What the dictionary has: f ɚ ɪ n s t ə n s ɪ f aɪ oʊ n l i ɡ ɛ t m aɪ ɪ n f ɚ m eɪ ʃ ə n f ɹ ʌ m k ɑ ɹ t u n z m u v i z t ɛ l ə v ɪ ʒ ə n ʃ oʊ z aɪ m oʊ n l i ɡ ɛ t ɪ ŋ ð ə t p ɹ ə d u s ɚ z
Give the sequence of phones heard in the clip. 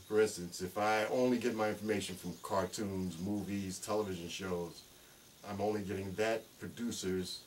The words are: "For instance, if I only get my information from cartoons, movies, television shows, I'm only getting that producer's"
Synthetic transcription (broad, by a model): f ɚ ɪ n s t ə n s ɪ f aɪ oʊ n l i ɡ ɛ t m aɪ ɪ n f ɚ m eɪ ʃ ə n f ɹ ʌ m k ɑ ɹ t u n z m u v i z t ɛ l ə v ɪ ʒ ə n ʃ oʊ z aɪ m oʊ n l i ɡ ɛ t ɪ ŋ ð ə t p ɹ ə d u s ɚ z